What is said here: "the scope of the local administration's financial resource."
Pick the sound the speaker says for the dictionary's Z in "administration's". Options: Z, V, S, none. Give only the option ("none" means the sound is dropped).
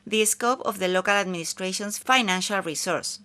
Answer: S